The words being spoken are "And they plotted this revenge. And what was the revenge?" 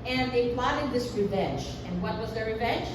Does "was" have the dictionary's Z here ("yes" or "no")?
yes